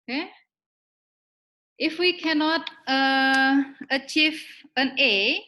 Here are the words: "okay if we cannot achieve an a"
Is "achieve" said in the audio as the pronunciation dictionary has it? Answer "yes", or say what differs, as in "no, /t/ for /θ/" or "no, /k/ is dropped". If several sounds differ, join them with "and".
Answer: yes